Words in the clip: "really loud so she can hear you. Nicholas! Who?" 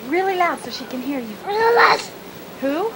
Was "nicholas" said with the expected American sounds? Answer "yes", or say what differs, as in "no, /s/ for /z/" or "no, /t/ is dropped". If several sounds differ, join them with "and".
no, /k/ is dropped